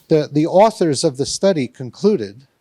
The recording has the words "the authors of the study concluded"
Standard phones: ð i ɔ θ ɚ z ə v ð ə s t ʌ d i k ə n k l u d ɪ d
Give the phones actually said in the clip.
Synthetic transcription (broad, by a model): ð i ɔ θ ɚ z ə v ð ə s t ʌ d i k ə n k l u d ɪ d